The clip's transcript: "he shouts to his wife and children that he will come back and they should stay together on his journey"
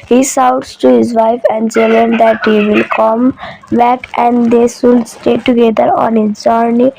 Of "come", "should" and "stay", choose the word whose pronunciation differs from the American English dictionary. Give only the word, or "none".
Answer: should